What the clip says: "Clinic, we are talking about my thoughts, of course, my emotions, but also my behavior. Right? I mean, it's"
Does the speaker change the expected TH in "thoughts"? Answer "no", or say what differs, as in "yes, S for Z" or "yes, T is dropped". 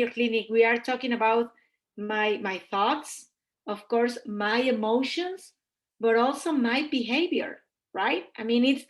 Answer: no